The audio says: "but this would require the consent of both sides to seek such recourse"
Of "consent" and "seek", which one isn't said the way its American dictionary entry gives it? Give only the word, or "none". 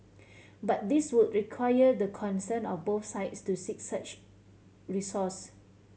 consent